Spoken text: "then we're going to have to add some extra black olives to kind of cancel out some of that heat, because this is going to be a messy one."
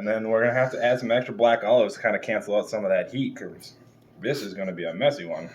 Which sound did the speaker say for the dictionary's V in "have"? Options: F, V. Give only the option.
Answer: F